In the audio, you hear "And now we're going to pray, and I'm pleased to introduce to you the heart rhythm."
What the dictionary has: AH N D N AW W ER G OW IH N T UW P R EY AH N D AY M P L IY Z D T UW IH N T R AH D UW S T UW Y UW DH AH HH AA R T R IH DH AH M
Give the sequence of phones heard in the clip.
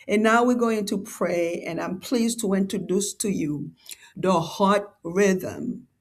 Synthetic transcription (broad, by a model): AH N N AW W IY G OW IH N T UW P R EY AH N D AY M P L IY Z T UW IH N T R AH D UW S T UW Y UW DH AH HH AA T R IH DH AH M